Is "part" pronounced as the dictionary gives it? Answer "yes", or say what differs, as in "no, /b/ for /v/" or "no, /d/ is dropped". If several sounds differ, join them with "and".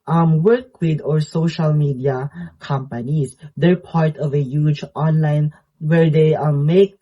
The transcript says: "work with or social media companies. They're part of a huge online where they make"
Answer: yes